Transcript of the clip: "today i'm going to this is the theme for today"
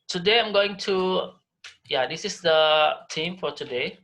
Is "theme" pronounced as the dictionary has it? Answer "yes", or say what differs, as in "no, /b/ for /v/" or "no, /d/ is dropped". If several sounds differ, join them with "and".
no, /t/ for /θ/